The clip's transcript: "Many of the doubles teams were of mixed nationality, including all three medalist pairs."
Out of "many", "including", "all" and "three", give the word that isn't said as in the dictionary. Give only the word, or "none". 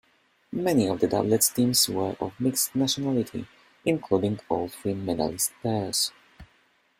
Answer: three